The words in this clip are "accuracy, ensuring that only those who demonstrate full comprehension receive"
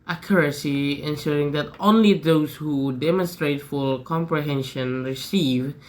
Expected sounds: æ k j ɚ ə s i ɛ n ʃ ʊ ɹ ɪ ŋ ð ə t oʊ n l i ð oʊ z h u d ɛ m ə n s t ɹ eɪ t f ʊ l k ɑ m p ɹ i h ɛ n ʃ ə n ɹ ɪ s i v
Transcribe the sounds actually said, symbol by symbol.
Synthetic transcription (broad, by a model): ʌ k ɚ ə s i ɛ n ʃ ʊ ɹ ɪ ŋ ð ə t oʊ n l i ð oʊ z h u d ɛ m ə n s t ɹ eɪ t f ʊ l k ɑ m p ɹ i h ɛ n ʃ ə n ɹ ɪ s i v